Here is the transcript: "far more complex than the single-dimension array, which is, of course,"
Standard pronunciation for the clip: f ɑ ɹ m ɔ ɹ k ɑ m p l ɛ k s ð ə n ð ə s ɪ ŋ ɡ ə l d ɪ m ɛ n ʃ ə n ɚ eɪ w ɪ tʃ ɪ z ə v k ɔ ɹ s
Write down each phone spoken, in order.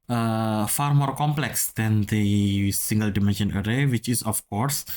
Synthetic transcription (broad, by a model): f ɑ ɹ m ɔ ɹ k ɑ m p l ɛ k s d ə n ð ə s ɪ ŋ ɡ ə l d ɪ m ɛ n ʃ ə n ɚ eɪ w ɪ tʃ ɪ s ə f k ɔ ɹ s